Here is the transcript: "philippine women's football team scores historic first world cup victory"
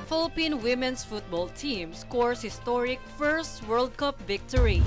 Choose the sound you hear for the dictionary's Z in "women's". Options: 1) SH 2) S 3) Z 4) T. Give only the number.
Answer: 2